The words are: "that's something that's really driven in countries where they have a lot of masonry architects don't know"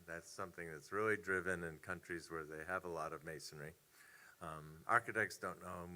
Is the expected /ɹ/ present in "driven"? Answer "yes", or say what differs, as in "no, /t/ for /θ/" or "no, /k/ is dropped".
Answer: yes